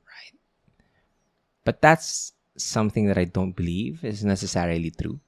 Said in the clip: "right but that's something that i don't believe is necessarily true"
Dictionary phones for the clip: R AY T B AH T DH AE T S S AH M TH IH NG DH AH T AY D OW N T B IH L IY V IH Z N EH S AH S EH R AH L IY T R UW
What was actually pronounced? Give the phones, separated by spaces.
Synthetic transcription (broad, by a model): R AY T B AH T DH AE T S S AH M TH IH NG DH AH T AY D OW N T B IH L IY V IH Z N EH S AH S EH R AH L IY T R UW